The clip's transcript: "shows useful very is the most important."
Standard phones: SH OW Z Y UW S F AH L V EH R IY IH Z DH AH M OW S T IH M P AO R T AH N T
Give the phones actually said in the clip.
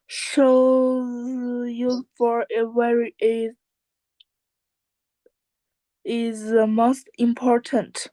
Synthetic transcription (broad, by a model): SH OW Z Y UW F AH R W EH R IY IH Z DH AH M OW S T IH M P AO R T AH N T